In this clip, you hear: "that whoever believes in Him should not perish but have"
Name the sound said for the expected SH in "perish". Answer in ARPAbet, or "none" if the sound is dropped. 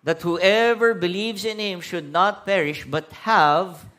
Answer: SH